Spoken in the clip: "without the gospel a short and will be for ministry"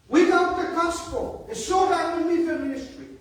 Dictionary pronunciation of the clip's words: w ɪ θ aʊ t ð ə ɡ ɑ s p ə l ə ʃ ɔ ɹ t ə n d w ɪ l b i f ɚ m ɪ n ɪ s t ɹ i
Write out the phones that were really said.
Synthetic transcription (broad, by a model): w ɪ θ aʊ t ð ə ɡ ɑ s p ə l ə s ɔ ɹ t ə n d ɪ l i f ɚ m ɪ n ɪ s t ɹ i